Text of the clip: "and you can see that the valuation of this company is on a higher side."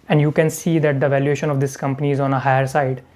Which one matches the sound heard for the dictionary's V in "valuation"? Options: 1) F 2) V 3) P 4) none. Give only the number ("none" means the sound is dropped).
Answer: 2